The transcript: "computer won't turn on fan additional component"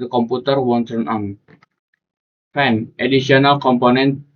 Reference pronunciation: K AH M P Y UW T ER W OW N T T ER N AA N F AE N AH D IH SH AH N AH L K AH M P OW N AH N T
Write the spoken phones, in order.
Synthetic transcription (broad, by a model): K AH M P UW T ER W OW N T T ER N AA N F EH N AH D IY S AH N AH L K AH M P OW N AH N T